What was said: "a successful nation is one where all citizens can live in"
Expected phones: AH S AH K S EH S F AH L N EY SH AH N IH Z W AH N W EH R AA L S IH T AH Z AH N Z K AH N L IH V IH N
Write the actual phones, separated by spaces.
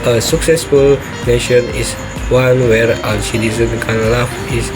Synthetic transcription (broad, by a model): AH S AH K S EH S F AH L N EY SH AH N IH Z W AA N W EH R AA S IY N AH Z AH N K AH N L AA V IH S